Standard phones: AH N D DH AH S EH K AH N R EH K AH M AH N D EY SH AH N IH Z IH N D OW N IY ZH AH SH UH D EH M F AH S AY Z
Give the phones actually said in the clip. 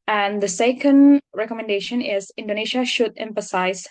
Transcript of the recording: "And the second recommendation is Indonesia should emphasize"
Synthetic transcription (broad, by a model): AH N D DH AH S EH K AH N R EH K AH M AH N D EY SH AH N IH Z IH N D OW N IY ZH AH SH UH D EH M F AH S AY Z